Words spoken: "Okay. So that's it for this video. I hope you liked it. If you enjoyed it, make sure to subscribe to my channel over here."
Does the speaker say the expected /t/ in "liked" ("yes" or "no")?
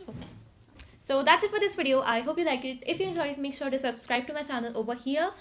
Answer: no